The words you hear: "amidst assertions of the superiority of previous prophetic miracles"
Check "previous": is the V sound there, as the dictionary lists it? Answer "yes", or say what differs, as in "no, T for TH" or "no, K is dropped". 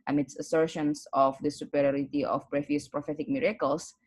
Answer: no, F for V